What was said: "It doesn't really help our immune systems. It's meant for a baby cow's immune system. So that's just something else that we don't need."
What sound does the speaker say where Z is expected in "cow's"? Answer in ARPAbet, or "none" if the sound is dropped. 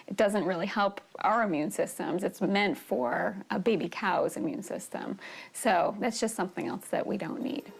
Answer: Z